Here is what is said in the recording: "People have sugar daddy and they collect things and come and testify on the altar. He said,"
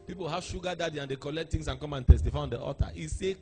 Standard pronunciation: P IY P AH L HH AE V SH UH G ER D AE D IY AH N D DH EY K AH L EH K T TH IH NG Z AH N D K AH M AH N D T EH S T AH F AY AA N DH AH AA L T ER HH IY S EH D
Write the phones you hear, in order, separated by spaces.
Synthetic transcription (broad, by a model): P IY P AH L HH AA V SH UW G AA D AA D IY AH N D EY K AH L EH K T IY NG S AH N K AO M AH N T EH S T AH F AY AA N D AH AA T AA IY S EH